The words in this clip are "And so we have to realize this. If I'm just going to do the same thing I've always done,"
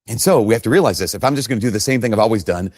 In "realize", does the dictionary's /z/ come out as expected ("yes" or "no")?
yes